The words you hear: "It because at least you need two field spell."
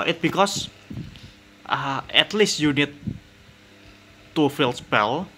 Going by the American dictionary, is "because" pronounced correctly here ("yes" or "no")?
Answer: no